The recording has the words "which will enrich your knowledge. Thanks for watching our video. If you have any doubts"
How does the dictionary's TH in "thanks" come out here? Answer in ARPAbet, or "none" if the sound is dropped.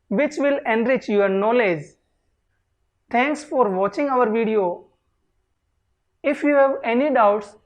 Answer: T